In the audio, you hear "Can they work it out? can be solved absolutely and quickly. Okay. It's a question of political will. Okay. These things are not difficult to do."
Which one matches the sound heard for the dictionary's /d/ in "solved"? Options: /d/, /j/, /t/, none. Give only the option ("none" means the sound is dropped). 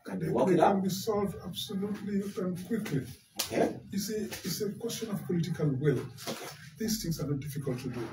/d/